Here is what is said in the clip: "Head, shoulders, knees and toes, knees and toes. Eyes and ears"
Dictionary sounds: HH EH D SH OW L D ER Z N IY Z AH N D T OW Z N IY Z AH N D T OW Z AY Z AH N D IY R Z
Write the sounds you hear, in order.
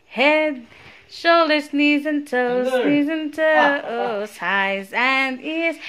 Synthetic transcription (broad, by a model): HH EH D SH OW L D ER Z N IY Z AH N T OW Z N IY Z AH N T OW S AY Z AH N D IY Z